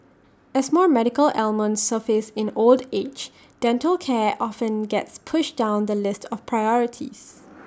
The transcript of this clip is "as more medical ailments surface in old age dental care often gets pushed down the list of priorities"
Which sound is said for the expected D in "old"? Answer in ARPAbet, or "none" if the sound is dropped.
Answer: D